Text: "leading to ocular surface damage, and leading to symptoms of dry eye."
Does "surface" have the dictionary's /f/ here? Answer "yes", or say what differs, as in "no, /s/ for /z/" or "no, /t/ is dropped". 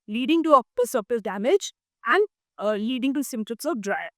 no, /p/ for /f/